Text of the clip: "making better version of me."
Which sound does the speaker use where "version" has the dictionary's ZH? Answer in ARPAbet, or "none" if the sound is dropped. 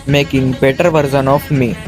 Z